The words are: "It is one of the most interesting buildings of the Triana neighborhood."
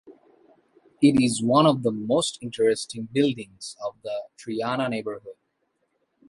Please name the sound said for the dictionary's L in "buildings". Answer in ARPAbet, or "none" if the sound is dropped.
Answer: L